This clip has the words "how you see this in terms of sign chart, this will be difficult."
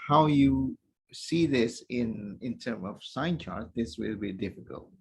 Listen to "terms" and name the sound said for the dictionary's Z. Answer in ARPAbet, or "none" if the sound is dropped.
none